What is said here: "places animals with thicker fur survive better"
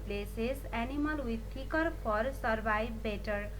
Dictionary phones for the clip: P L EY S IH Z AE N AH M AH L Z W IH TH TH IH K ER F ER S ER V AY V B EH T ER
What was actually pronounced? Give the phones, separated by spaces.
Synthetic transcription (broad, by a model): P L EY S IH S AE N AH M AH L W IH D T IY K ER P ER S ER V AY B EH T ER